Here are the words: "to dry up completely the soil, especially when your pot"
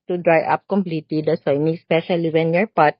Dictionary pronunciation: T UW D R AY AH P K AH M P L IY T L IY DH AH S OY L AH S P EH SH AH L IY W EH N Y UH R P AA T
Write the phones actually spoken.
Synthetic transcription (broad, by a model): T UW D R AY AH P K AH M P L IY T L IY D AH S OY N AH S P EH SH AH L IY W EH N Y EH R P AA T